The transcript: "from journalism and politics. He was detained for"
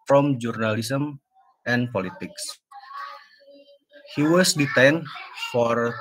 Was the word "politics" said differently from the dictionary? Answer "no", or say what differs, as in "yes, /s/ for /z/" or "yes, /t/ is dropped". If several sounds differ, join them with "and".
no